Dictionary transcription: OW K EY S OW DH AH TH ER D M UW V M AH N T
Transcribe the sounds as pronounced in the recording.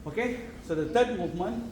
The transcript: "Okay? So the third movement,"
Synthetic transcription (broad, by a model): OW K EY S OW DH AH T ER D M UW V M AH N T